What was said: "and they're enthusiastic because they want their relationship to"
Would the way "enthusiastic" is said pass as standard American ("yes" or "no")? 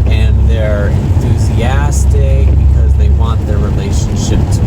yes